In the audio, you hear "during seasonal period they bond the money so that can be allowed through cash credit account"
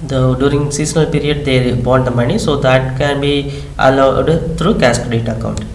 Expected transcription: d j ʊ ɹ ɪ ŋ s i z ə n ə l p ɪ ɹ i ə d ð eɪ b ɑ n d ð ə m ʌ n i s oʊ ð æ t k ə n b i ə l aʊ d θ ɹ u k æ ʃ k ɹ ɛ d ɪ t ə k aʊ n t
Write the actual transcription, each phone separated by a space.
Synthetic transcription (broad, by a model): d j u ɹ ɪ ŋ s i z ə n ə l p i ɹ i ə d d eɪ b ɑ n d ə m ʌ n i s oʊ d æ t k ə n b i ə l aʊ d t ɹ u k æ s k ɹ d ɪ t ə k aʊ n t